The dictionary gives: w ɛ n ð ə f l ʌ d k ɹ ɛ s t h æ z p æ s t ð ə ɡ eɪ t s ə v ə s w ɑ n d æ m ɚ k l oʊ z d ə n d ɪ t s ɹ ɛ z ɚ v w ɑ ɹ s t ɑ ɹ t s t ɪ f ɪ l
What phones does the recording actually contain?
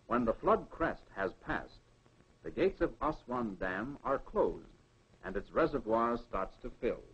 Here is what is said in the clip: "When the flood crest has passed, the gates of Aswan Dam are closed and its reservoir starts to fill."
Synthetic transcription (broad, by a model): w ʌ n ð ə f l ʌ d k ɹ ɛ s t h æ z p æ s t ð ə ɡ eɪ t s ə v ə s w ɑ n d æ m ɚ k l oʊ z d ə n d ɪ t s ɹ ɛ z ɚ v w ɑ ɹ s t ɑ ɹ t s t ɪ f ɪ l